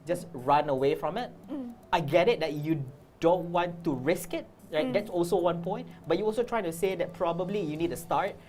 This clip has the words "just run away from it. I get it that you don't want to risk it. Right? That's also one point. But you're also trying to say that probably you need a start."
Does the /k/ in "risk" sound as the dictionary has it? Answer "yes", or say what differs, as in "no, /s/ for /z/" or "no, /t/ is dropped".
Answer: yes